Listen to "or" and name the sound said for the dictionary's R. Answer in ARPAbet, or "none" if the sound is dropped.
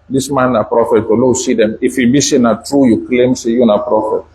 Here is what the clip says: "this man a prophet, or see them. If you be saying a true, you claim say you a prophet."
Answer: L